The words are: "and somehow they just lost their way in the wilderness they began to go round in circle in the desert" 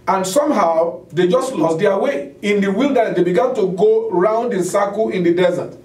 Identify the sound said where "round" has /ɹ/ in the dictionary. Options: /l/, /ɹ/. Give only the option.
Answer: /ɹ/